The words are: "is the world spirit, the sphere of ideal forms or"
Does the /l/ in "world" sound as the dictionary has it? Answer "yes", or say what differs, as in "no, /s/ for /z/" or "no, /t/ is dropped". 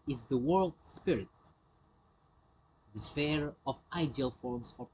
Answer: yes